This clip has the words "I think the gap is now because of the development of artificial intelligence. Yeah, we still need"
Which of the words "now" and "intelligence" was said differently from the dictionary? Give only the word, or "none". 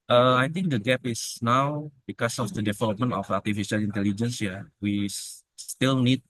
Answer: none